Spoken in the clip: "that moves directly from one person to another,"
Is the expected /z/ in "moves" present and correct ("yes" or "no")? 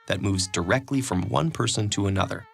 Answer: yes